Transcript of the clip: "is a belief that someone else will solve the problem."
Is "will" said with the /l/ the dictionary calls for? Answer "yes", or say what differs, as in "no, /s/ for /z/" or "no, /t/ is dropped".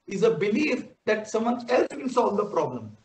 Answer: no, /n/ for /l/